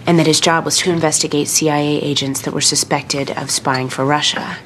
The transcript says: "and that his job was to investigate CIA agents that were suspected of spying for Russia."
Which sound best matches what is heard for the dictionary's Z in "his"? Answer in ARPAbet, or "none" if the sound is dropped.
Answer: Z